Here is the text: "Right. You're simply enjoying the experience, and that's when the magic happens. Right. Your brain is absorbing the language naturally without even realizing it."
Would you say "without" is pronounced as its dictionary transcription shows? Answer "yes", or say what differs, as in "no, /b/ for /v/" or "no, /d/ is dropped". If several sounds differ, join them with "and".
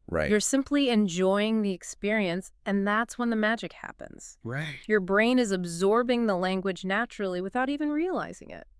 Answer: yes